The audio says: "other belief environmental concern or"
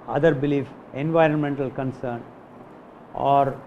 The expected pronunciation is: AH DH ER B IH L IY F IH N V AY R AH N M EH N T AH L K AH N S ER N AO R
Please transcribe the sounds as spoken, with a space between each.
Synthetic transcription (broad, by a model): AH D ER B IH L IY F IH N V AY R AH N M EH N T AH L K AH N S ER N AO R